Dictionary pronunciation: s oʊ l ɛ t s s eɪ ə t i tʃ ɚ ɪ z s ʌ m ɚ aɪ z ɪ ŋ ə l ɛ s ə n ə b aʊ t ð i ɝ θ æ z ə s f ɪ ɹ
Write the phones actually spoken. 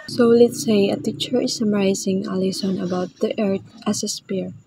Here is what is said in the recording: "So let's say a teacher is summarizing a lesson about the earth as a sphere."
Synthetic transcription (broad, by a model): s oʊ l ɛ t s s eɪ ə t i tʃ ɚ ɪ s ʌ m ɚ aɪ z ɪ ŋ ə l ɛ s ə n ə b aʊ t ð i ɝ t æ s ə s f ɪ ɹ